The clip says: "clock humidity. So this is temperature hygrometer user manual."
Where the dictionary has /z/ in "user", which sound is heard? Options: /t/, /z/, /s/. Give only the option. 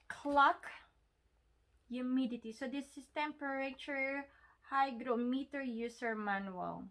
/s/